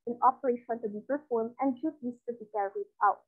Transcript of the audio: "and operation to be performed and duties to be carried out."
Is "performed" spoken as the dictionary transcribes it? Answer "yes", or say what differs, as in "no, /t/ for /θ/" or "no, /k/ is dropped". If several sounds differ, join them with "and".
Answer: no, /d/ is dropped